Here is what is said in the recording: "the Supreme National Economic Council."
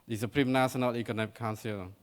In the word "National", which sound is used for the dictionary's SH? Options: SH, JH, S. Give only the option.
S